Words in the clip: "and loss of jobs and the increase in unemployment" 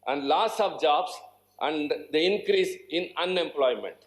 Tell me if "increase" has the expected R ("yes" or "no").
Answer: yes